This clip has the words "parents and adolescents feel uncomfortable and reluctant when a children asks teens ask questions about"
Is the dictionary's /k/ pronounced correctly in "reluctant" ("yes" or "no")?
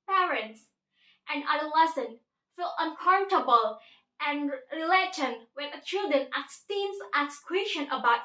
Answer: no